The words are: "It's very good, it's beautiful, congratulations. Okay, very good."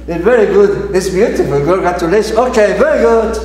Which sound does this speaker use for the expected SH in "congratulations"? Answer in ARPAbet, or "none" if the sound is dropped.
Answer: none